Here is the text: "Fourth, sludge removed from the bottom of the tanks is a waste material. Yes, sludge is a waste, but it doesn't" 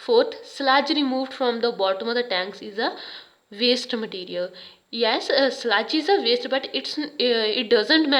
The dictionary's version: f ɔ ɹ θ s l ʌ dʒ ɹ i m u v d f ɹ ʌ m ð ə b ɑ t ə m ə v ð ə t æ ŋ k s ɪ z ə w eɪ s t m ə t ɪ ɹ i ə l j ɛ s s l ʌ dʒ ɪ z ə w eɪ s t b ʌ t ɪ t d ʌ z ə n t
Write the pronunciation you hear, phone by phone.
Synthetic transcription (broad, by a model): f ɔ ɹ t s l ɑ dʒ ɹ i m u v d f ɹ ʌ m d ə b ɑ t ə m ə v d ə t æ ŋ k s ɪ z ə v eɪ s t m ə t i ɹ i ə l j ɛ s s l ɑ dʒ ɪ z ə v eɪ s t b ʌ t ɪ t d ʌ z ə n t